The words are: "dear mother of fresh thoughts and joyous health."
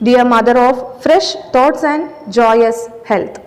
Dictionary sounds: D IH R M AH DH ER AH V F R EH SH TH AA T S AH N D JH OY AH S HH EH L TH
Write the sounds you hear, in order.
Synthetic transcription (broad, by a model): D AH R M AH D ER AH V F R EH SH T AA T S AH N D JH OY AH S HH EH L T